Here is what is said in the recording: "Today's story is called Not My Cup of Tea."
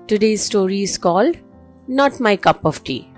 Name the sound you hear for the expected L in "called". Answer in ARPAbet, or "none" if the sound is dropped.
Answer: L